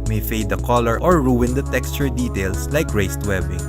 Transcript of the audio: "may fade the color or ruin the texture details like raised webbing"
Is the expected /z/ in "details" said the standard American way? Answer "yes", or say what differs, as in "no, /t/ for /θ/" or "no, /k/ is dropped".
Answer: no, /s/ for /z/